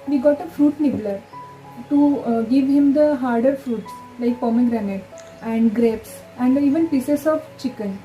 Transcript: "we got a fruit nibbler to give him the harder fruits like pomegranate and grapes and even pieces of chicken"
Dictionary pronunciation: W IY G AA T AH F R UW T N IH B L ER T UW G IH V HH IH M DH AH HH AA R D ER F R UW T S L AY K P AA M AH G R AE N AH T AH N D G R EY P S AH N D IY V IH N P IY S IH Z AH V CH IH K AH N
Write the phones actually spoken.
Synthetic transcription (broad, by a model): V IY G AA T AH F R UW T N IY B L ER T UW G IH V HH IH M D AH HH AA R D ER F R UW T S L AY K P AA M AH G R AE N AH T AH N D G R EY P S AH N D IY V IH N P IY S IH S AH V CH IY K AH N